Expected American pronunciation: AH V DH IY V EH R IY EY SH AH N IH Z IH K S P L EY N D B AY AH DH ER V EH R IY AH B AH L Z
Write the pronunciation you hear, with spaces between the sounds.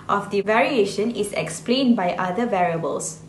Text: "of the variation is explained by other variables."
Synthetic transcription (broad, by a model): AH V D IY V EH R IY EY SH AH N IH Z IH K S P L EY N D B AY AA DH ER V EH R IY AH B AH L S